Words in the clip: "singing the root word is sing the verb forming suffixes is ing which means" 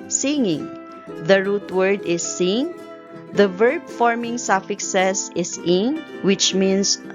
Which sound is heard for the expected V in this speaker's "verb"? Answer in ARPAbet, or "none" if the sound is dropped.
V